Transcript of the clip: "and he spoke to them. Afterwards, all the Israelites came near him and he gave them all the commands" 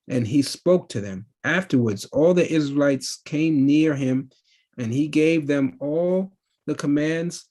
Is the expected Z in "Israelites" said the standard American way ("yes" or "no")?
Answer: yes